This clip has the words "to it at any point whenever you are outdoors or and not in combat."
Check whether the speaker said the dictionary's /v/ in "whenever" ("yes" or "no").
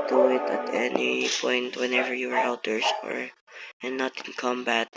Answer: yes